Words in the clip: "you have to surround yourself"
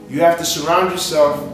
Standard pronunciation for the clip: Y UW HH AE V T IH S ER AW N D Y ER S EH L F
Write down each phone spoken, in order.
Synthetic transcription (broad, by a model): Y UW HH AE F T IH S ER AW N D Y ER S EH L F